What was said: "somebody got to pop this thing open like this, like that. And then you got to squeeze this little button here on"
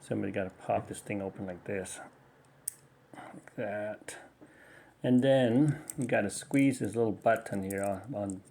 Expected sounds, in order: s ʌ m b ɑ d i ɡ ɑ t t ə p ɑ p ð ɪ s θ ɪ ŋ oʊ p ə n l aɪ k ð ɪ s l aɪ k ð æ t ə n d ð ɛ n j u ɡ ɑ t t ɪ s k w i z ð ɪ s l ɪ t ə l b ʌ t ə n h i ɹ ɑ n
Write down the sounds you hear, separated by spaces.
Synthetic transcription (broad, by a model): s ʌ m b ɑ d i ɡ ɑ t t ə p ɑ p ð ɪ s θ ɪ ŋ oʊ p ə n l aɪ k ð ɪ s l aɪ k ð æ t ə n ð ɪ n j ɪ ɡ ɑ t t ɪ s k w i z ð ɪ s l ɪ t l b ʌ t n h i ɹ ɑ n